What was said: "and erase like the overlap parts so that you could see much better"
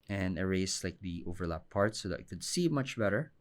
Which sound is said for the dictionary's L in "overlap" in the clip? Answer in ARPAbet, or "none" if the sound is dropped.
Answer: L